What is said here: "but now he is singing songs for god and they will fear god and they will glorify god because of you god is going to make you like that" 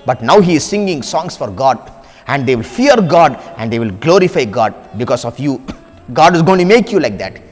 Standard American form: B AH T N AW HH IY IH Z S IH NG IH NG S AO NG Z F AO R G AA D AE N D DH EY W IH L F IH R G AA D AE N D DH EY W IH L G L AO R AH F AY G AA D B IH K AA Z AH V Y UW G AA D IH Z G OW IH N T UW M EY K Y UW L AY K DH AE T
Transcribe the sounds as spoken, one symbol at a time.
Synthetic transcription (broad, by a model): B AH T N AW HH IY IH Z S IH NG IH NG S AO NG S F AO R G AA D AE N D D EY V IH L F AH R G AA D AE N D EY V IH L G L AO R AH F AY G AA D B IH K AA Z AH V Y UW G AA D IH Z G OW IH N T UW M EY K Y UW L AY K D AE T